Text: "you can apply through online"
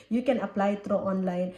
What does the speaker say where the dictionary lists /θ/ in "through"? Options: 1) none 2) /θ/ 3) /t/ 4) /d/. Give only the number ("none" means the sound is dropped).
3